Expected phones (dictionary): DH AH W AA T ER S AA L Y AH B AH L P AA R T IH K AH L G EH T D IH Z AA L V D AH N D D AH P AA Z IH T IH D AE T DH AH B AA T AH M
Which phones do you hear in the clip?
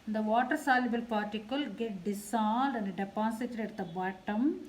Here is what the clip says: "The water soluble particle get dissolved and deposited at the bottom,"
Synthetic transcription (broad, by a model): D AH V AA T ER S AA L Y AH B AH L P AA R T IH K AH L G EH T D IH S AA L D AH N D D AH P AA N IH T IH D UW T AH B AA T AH M